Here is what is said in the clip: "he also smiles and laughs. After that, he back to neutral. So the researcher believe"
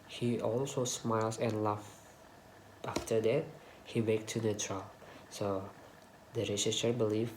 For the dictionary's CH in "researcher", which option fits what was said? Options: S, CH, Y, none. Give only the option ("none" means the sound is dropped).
S